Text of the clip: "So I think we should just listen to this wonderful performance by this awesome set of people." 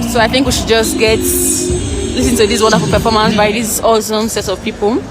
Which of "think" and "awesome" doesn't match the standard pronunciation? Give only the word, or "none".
none